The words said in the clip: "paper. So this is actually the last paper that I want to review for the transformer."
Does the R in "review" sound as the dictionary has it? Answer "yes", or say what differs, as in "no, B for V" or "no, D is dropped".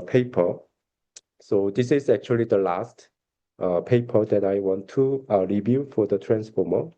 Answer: yes